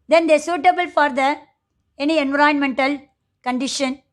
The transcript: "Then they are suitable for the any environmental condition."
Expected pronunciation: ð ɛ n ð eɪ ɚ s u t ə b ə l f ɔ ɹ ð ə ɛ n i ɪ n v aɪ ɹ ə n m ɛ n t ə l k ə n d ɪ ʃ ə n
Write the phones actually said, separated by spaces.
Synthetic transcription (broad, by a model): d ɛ n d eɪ s u t ə b ə l f ɔ ɹ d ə ɛ n i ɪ n v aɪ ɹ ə n m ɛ n t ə l k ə n d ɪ ʃ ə n